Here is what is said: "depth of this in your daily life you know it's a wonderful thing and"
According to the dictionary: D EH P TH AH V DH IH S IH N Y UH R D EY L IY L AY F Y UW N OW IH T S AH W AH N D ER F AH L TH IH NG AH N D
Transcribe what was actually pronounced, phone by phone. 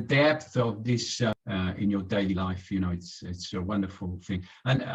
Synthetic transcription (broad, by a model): D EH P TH AH V DH IH S IH N Y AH R D EY L IY L AY F Y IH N OW IH T S AH W AH N D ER F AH L TH IH NG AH N